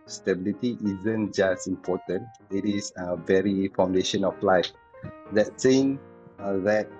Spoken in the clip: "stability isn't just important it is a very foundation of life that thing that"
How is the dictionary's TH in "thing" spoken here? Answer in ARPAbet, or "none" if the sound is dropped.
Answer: S